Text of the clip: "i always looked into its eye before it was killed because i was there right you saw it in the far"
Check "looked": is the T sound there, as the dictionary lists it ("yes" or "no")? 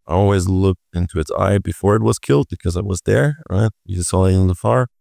yes